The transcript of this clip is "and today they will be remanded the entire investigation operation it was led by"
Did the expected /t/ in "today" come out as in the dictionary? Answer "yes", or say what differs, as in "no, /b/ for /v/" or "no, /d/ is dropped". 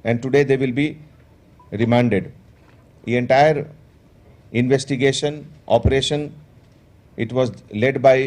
yes